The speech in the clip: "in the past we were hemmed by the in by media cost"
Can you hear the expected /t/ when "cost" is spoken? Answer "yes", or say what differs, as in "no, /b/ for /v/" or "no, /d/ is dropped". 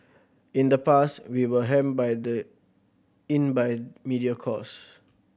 no, /t/ is dropped